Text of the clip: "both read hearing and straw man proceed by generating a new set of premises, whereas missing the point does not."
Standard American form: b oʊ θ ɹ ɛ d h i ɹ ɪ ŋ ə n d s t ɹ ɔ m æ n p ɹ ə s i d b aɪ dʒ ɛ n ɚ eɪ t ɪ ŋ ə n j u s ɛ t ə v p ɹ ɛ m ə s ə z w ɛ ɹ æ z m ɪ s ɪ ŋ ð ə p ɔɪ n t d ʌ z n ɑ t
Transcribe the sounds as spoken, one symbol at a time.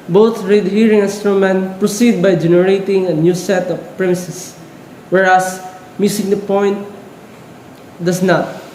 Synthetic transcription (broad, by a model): b oʊ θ ɹ ɛ d h i ɹ ɪ ŋ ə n s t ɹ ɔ m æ n p ɹ ə s i d b aɪ dʒ ɛ n ɚ eɪ t ɪ ŋ ə n j u s ɛ t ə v p ɹ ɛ m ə s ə s w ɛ ɹ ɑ s m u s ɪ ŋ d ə p ɔɪ n t d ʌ s n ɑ t